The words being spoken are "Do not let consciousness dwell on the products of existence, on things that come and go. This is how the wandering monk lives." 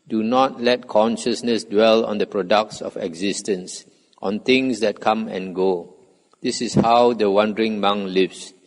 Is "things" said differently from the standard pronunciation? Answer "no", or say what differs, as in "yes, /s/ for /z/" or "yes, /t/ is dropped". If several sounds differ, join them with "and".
yes, /t/ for /θ/